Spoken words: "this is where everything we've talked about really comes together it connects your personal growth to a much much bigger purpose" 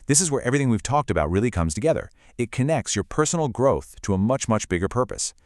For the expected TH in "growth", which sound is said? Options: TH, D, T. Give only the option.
TH